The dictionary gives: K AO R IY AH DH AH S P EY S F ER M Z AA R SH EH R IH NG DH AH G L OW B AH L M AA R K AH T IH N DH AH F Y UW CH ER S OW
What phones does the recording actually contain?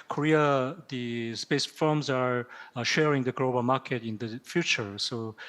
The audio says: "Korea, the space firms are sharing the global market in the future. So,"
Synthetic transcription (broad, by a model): K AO R IY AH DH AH S P EY S F ER M Z AA R SH EH R IH NG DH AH G L OW B AH L M AA R K AH T IH N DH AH F Y UW CH ER S OW